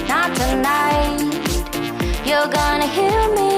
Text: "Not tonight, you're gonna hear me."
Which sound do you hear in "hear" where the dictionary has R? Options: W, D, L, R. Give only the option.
L